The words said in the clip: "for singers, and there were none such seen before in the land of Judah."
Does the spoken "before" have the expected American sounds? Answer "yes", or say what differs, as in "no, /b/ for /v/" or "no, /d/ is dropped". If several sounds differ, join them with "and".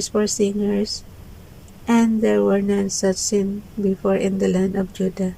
yes